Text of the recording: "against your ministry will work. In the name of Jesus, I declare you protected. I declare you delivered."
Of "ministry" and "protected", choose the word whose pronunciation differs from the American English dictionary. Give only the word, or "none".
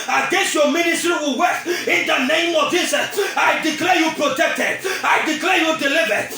none